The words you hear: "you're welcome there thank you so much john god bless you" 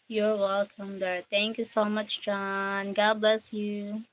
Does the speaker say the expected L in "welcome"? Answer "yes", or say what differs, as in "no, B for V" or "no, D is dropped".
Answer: yes